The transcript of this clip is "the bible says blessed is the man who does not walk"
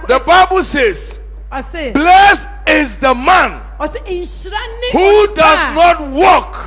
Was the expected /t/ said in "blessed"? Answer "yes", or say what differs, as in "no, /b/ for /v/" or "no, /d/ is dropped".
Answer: no, /t/ is dropped